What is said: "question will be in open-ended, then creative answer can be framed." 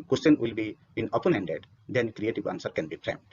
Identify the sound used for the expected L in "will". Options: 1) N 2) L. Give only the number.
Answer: 2